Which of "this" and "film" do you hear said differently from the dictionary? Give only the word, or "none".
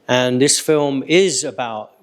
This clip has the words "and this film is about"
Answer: none